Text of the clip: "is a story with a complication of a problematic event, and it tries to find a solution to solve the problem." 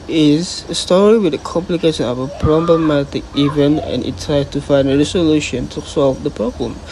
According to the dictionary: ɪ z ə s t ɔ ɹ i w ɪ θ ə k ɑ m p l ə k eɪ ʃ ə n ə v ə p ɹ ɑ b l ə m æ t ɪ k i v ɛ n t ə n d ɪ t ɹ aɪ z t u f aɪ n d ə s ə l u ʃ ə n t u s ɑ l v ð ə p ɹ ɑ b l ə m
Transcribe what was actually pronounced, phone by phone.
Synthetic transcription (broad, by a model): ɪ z s t ɔ ɹ i w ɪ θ ə k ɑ m p l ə k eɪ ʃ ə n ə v ə p ɹ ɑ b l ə m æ t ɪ k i v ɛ n ə n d ɪ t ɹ aɪ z t u f aɪ n d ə s ə l u ʃ ə n t u s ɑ l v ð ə p ɹ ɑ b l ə m